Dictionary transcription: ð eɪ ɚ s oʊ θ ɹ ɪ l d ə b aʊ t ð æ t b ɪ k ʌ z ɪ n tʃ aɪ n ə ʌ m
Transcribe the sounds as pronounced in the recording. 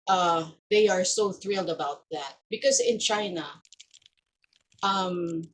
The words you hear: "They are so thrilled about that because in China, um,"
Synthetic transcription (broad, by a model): ð eɪ ɚ s oʊ θ ɹ ɪ l d ə b aʊ t ð æ t b ɪ k ʌ z ɪ n tʃ aɪ n ə ʌ m